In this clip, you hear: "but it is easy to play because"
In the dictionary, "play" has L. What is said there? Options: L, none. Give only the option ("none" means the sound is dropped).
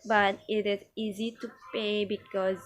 none